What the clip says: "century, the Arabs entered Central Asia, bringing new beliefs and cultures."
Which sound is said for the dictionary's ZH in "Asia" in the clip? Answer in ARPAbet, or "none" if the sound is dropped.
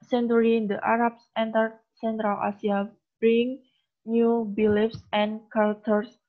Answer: S